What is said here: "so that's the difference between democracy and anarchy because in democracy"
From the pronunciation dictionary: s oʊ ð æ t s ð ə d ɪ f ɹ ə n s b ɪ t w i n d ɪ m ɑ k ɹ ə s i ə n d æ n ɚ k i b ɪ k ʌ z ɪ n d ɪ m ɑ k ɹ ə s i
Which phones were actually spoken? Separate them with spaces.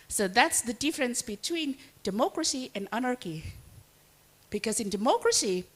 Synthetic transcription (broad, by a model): s oʊ ð æ t s ð ə d ɪ f ɹ ə n s b ɪ t w i n d ɪ m ɑ k ɹ ə s i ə n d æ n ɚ k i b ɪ k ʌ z ɪ n d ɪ m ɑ k ɹ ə s i